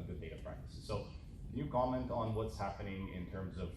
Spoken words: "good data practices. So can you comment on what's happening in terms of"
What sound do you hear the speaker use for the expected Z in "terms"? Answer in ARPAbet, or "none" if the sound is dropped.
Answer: Z